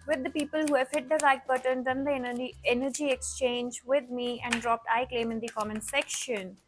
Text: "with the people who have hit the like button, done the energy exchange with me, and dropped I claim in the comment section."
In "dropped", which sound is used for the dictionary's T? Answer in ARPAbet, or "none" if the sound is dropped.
T